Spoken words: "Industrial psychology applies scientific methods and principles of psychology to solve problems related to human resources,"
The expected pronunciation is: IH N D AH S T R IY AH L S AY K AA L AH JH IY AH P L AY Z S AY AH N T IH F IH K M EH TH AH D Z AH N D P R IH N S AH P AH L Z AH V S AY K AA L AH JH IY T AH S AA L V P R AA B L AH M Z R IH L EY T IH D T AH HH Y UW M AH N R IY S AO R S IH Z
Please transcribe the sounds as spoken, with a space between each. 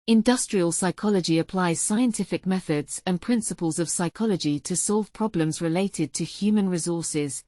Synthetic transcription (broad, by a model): IH N D AH S T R IY AH L S AY K AA L AH JH IY AH P L AY Z S AY AH N T IH F IH K M EH TH AH D Z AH N P R IH N S AH P AH L Z AH V S AY K AA L AH JH IY T AH S AA L V P R AA B L AH M Z R IH L EY T IH D T AH HH Y UW M AH N R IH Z AO S IH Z